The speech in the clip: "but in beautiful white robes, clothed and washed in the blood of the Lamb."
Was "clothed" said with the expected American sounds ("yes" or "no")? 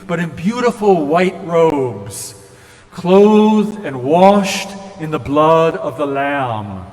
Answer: yes